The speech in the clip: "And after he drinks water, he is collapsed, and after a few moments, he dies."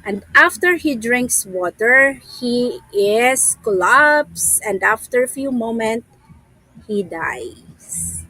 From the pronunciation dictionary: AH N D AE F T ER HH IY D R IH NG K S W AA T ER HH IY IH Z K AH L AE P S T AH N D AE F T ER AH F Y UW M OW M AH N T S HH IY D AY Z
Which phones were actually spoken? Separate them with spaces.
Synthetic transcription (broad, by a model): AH N D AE F T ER HH IY D R IH NG K S W AA T ER HH IY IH S K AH L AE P S AH N D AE F T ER AH F Y UW M OW M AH N T HH IY D AY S